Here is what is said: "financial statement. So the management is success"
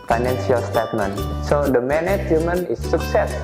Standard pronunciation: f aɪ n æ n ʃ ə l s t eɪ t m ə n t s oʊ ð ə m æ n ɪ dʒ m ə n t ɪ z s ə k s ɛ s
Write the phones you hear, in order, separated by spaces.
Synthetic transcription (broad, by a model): f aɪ n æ n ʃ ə l s t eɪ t m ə n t s oʊ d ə m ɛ n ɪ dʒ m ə n ɪ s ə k s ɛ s